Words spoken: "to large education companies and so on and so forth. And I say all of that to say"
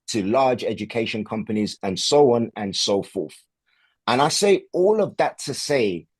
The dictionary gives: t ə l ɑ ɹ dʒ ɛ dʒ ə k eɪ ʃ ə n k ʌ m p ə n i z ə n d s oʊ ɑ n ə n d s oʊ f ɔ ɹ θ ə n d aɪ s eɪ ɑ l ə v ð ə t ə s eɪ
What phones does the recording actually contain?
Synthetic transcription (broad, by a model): t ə l ɑ dʒ ɛ dʒ ə k eɪ ʃ ə n k ʌ m p ə n i z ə n s oʊ ɑ n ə n s oʊ f ɔ θ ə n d aɪ s eɪ ɑ l ə v ð ə t ə s eɪ